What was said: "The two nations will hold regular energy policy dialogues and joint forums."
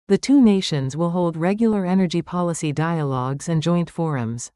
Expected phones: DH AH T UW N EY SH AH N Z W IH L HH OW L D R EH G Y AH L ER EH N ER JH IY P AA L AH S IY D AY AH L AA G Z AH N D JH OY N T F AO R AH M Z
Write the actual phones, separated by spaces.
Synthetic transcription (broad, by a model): DH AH T UW N EY SH AH N Z W IH L HH OW L D R EH G Y L ER EH N ER JH IY P AA L AH S IY D AY AH L AA G Z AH N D JH OY N T F AO R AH M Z